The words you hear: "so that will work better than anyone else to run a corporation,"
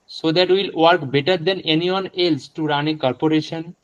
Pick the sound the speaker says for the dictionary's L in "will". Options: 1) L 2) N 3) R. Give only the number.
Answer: 1